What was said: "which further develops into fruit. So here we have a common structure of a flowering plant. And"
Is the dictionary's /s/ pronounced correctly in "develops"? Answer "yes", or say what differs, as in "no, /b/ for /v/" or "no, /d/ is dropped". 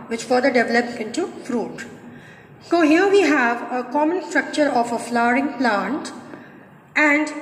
no, /s/ is dropped